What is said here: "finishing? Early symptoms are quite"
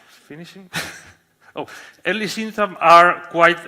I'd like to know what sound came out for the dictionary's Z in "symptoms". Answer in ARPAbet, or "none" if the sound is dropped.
none